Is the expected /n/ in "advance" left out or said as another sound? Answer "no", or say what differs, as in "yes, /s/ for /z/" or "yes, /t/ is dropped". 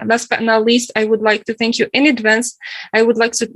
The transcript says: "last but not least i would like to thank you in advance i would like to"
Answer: no